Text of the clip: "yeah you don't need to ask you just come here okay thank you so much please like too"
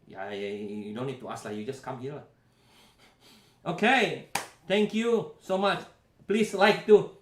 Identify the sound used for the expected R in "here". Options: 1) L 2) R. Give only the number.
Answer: 1